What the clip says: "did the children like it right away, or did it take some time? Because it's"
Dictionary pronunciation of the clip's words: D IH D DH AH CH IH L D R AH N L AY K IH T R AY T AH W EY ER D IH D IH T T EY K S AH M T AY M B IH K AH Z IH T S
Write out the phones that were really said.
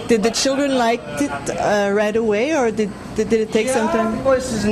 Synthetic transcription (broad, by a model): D IH D DH AH CH IH L D R AH N L AY K IH T R AY T AH W EY ER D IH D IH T T EY K S AH M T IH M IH AH S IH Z